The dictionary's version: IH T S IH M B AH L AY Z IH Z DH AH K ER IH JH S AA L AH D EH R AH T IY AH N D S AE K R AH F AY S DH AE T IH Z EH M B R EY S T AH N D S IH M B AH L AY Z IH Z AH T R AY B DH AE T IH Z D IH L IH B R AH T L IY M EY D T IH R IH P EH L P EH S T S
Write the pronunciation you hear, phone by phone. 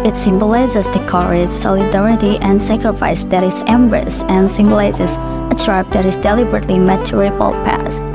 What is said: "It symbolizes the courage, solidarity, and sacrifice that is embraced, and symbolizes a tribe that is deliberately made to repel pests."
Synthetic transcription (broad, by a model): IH T S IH M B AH L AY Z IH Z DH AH K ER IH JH S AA L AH D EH R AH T IY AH N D S AE K R AH F AY S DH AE T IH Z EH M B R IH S AH N S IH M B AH L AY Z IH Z AH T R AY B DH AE T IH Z D IH L IH B R AH T L IY M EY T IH R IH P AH L P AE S S